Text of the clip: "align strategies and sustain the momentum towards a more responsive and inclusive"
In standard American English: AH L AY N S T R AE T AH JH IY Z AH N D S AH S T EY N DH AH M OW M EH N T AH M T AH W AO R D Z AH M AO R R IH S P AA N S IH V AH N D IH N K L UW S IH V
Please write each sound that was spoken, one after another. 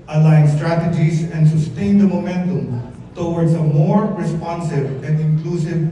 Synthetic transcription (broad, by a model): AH L AY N S T R AE T AH JH IY Z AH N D S AH S T EY N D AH M OW M EH N T AH M T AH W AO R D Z AH M AO R R IH S P AA N S IH V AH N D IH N K L UW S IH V